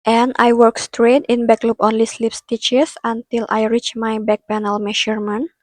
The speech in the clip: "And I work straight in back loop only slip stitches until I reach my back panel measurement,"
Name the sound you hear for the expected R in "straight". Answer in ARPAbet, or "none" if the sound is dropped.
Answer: R